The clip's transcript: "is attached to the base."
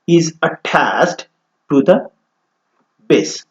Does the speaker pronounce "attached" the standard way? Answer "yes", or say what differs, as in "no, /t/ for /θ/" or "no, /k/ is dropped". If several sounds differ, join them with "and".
no, /s/ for /tʃ/